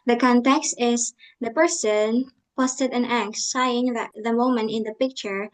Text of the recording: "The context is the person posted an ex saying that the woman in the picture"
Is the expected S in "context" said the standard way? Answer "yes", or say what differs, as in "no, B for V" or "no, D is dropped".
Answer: yes